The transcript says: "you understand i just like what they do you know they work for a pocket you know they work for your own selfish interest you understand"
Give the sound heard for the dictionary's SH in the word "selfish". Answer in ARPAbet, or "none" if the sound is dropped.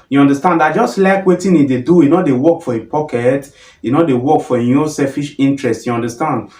SH